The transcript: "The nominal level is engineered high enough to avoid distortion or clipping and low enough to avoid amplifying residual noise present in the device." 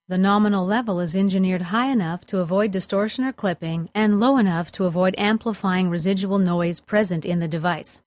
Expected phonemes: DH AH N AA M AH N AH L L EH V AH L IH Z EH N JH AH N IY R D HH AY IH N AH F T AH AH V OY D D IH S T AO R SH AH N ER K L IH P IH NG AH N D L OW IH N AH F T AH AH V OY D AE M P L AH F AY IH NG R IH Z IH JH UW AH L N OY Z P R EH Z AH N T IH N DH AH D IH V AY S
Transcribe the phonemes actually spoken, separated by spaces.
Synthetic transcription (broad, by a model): DH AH N AA M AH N L L EH V L IH Z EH N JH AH N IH R D HH AY IH N AH F T AH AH V OY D D IH S T AO R SH AH N ER K L IH P IH NG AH N L OW IH N AH F T AH AH V OY D AE M P L AH F AY IH NG R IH Z IH JH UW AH L N OY Z P R EH Z AH N T IH N DH AH D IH V AY S